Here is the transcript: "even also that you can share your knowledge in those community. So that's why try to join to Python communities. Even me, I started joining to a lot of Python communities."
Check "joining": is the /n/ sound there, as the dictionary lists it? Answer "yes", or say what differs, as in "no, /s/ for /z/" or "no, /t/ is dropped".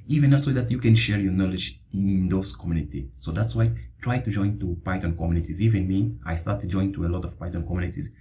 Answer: no, /n/ is dropped